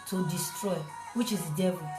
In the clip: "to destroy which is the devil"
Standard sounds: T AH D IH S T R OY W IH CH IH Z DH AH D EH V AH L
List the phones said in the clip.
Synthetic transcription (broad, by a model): T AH D IH S T R OY W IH CH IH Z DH D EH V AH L